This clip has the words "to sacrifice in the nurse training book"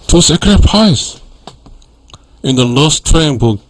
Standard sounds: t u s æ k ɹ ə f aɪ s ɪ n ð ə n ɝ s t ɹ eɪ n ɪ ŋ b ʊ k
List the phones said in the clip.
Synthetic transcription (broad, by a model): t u s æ k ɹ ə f aɪ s ɪ n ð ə l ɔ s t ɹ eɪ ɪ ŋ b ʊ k